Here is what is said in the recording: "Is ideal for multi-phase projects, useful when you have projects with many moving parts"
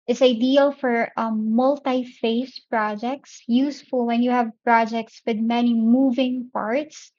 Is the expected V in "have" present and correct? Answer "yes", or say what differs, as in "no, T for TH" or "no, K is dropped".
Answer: yes